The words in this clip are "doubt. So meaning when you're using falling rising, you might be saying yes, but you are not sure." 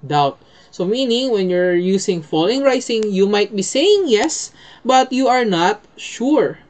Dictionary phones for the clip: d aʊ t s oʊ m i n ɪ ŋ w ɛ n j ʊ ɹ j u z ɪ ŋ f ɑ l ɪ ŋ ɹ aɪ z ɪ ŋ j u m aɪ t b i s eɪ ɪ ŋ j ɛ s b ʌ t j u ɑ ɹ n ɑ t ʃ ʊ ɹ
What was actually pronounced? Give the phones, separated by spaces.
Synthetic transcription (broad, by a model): d aʊ t s oʊ m i n ɪ ŋ w ɛ n j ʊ ɹ j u s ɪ ŋ f ɑ l ɪ ŋ ɹ aɪ s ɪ ŋ j u m aɪ t b i s eɪ ɪ ŋ j ɛ s b ʌ t j u ɑ ɹ n ɑ t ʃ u ɹ